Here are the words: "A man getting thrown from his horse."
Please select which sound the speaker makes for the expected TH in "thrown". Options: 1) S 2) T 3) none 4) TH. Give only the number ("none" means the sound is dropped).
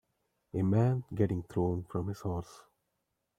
2